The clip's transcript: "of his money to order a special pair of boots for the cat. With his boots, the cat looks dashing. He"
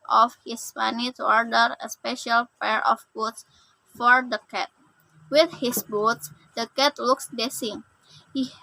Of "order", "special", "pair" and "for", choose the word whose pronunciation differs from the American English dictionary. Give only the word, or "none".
none